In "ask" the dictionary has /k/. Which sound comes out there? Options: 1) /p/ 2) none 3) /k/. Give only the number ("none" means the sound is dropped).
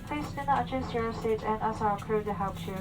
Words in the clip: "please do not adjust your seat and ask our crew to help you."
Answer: 2